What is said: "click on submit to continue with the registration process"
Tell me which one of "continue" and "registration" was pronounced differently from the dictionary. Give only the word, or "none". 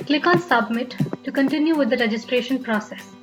none